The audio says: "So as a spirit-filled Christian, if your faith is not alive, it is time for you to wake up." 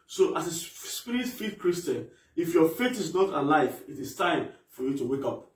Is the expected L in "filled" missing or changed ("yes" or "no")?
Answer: yes